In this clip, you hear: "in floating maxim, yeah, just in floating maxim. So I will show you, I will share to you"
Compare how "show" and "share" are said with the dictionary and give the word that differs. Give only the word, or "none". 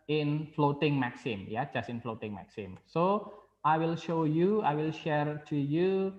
none